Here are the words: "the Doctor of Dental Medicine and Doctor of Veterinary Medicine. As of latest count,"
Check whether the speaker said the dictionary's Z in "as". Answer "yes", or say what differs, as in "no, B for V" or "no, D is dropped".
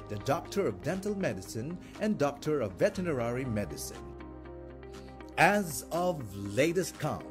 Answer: yes